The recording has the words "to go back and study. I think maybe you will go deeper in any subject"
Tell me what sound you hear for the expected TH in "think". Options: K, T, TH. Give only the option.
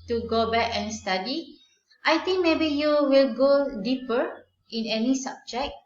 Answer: T